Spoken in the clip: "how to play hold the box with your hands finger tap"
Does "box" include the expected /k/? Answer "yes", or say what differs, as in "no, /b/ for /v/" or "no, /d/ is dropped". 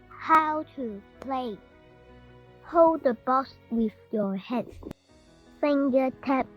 no, /k/ is dropped